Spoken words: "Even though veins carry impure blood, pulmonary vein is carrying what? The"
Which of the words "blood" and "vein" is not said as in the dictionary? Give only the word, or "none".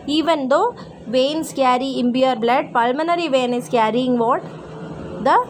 none